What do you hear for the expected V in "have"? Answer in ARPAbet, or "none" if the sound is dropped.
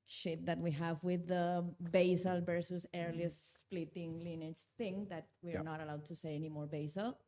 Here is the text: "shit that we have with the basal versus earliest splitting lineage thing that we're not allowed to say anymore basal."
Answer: V